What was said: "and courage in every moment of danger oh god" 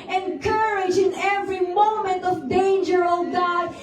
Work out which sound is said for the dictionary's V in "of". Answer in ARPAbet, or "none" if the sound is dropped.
V